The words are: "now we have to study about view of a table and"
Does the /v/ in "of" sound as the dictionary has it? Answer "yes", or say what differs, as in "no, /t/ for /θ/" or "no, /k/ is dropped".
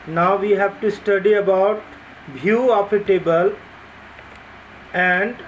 no, /p/ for /v/